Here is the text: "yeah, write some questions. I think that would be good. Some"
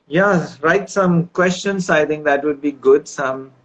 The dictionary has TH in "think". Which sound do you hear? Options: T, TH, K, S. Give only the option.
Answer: T